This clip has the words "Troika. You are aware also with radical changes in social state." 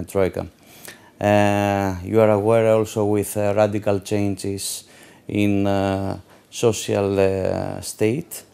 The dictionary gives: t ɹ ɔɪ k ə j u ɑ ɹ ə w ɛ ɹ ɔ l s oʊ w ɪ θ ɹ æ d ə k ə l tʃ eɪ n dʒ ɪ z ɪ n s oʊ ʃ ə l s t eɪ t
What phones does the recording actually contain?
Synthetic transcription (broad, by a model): t ɹ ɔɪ k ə j u ɑ ɹ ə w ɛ ɹ ɔ l s oʊ w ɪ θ ɹ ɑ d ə k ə l tʃ eɪ n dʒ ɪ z ɪ n s oʊ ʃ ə l s t eɪ t